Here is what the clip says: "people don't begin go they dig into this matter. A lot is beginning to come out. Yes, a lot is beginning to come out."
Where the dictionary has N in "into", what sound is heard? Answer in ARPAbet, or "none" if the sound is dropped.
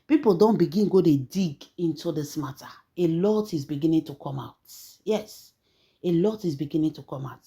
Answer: N